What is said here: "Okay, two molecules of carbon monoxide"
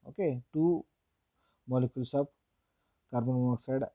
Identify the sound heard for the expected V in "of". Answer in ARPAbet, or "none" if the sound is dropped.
P